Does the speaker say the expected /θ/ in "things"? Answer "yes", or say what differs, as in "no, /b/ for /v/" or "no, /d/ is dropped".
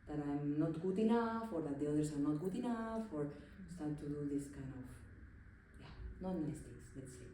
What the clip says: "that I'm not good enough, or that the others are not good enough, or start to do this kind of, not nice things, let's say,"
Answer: no, /t/ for /θ/